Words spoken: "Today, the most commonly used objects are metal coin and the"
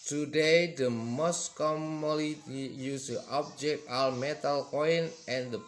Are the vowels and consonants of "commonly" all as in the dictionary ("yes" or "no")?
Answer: no